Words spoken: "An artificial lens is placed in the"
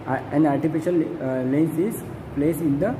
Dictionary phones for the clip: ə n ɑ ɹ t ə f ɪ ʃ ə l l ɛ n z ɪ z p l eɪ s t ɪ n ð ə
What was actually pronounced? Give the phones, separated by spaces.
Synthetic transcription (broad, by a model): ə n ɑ ɹ t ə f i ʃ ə l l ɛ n s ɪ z p l eɪ s ɪ n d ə